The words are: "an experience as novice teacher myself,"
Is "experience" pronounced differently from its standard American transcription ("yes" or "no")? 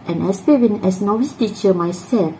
yes